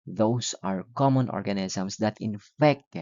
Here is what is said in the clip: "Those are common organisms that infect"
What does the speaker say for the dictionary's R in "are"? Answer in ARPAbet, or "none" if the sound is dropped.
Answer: R